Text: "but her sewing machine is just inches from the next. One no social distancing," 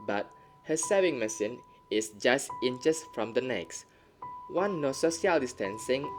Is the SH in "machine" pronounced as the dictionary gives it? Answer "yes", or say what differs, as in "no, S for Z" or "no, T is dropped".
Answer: no, S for SH